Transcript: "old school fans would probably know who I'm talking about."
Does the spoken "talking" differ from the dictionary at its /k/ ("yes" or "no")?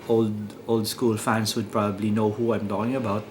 yes